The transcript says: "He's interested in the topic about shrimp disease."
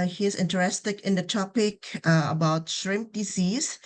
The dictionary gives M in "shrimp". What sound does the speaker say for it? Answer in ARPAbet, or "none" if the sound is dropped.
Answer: M